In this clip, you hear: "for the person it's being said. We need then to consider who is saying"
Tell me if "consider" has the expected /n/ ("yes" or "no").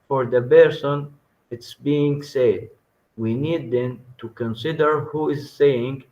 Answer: yes